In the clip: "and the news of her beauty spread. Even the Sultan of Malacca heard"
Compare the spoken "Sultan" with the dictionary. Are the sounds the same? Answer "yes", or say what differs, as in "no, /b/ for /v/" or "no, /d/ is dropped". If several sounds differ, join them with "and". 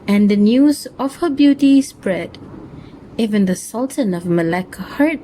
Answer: yes